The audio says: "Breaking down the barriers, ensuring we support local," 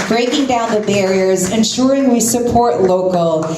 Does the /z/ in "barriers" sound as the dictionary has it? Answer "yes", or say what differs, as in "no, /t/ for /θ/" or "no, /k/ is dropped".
yes